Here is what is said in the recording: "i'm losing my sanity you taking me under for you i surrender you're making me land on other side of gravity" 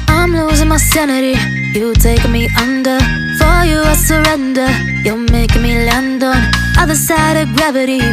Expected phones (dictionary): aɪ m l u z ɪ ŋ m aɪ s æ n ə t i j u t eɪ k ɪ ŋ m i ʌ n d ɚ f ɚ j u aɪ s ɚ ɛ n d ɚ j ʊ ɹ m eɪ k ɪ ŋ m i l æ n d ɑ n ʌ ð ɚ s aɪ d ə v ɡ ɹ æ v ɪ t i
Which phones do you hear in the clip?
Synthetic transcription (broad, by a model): aɪ m l u z ɪ ŋ m aɪ s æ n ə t i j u t eɪ ɪ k m i ʌ n d ɚ f ɚ j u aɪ s ɚ ɛ n d ɚ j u l m eɪ ɪ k m i l æ n d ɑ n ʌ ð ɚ s aɪ d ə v ɡ ɹ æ v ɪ t i